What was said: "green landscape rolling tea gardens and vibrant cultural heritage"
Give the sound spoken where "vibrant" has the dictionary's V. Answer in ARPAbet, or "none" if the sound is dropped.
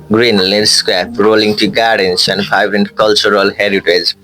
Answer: P